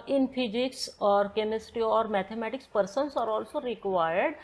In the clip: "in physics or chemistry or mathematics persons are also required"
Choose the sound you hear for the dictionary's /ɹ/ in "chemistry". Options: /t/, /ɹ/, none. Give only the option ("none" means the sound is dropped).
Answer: none